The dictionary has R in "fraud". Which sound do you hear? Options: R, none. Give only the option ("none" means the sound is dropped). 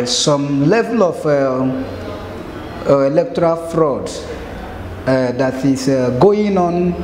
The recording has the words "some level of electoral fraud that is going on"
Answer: R